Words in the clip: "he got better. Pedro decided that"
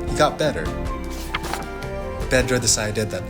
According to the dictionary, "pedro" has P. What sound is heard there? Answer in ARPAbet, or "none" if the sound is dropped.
B